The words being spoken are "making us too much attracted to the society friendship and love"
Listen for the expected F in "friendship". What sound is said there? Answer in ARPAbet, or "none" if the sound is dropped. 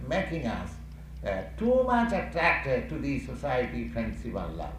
P